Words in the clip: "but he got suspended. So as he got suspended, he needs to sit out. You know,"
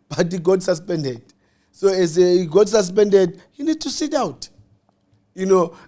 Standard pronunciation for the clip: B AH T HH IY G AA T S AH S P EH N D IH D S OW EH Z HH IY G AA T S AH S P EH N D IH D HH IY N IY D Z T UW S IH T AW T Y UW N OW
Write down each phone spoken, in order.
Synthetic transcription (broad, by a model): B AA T HH IY G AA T S AH S P EH N D IH D S OW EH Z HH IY G AA T S AH S P EH N D IH D HH IY N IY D T UW S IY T AW T Y UW N OW